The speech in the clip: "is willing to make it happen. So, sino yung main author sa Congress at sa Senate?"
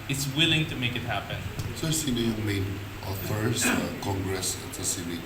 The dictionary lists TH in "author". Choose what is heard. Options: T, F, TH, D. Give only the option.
F